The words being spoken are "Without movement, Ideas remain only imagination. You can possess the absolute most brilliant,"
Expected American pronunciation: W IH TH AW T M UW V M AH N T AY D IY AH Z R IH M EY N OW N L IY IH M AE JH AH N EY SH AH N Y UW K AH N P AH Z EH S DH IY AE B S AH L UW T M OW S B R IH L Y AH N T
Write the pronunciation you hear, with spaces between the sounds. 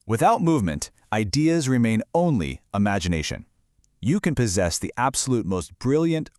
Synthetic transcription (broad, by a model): W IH TH AW T M UW V M AH N T AY D IY AH Z R IH M EY N OW N L IY IH M AE JH AH N EY SH AH N Y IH K AH N P AH Z EH S DH IY AE B S AH L UW T M OW S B R IH L Y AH N T